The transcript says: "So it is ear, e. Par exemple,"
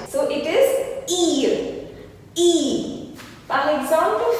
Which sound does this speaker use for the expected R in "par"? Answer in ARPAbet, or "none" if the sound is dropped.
L